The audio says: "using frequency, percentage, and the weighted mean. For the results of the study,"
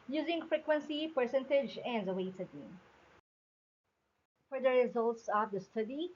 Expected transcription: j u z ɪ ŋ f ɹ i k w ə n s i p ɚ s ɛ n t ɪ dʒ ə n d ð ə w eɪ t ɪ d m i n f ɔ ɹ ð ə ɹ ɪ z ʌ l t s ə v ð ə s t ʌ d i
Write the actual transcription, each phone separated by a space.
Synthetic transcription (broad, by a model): j u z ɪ ŋ f ɹ i k w ə n s i p ɚ s ɛ n t ɪ dʒ ə n d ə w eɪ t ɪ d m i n f ɔ ɹ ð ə ɹ ɪ z ʌ l t s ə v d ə s t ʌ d i